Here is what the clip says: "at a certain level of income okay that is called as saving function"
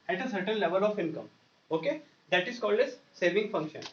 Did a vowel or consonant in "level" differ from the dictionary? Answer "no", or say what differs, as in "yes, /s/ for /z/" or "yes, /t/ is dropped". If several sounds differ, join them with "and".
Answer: no